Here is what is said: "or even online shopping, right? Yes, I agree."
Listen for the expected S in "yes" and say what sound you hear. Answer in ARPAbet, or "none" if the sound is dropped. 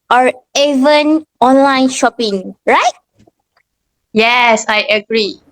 S